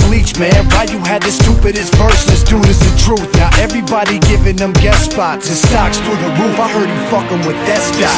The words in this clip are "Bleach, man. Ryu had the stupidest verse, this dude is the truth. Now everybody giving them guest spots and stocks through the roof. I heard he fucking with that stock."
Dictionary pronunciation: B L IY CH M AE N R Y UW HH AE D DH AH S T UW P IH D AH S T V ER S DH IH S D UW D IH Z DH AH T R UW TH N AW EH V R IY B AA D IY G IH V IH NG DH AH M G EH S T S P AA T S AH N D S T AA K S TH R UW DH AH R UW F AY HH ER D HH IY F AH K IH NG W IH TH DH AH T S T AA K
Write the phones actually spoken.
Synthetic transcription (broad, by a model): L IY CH M AE N W Y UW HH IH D DH AH S T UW P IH D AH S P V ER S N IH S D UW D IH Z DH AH T R UW TH N AW EH V R IY B AA D IY G IH V IH NG DH AH M G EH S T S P AA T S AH S T AA K S T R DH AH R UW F AY HH ER D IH F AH K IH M W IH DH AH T S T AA